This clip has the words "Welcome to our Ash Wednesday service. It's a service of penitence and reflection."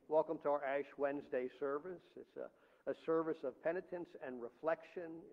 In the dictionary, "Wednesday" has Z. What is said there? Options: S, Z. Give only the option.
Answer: Z